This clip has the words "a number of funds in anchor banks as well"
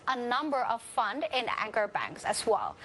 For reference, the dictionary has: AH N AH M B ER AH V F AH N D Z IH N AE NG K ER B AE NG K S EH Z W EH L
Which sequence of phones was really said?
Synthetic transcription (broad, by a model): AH N AH M B ER AH V F AH N D IH N AE NG K ER B AE NG K S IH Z W EH L